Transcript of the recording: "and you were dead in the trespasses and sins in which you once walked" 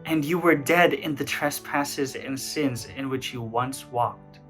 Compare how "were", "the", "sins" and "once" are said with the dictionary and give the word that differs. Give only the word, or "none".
none